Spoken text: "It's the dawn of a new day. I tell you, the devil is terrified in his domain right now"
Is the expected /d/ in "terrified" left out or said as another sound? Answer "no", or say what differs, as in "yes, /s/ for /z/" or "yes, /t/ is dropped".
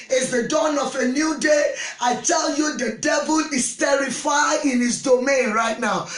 yes, /d/ is dropped